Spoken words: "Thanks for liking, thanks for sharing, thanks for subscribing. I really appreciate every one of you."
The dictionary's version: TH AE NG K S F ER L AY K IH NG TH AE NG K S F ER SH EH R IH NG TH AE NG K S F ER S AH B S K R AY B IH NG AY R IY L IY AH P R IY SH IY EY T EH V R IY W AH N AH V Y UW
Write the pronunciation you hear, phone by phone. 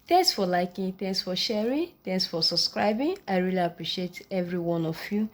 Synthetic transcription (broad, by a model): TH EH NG K S F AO L AY K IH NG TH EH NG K S F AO SH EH R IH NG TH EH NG K S F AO S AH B S K R AY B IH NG AY R IY L IY AH P R IY SH IY EY T EH V R IY W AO N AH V Y UW